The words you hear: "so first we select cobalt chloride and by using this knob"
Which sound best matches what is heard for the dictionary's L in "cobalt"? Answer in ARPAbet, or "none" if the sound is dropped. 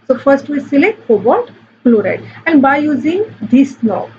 none